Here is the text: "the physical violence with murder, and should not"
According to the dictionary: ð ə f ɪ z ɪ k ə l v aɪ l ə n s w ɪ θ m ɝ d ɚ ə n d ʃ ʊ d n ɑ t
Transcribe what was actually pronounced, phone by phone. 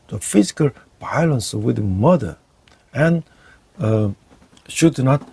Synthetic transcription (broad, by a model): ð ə f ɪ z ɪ k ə l b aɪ l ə n s w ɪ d m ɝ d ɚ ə n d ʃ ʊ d n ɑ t